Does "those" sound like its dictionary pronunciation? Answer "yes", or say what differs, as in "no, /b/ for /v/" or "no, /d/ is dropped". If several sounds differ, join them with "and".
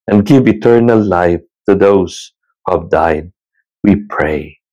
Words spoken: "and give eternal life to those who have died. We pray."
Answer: no, /s/ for /z/